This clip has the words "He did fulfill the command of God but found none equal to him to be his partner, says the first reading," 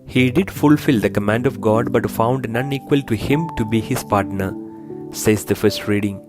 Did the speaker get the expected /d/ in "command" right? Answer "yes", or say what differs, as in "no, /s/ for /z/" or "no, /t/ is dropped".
yes